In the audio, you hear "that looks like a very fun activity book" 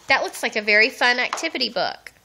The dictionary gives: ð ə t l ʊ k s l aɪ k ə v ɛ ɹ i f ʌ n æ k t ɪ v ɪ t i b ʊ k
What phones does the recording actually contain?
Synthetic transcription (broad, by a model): ð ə t w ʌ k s l aɪ k ə v ɛ ɹ i f ʌ n æ k t ɪ v ɪ t i b ʊ k